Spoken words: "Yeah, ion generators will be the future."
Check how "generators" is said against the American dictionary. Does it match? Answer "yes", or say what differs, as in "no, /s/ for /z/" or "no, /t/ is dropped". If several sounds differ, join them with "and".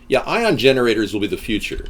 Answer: yes